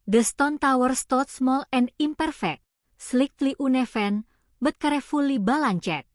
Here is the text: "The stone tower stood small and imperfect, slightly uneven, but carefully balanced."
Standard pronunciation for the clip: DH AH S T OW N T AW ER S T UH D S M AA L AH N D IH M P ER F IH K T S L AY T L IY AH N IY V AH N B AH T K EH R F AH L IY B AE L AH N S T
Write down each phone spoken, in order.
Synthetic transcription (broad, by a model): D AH S T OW N T AW ER S T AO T S M AA L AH N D IH M P ER F IH K T S L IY T L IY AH N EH F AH N B AH T K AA R F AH L IY B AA L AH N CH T